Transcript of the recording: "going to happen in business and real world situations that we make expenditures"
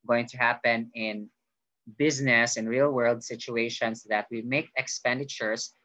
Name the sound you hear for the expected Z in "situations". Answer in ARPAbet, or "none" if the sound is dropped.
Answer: S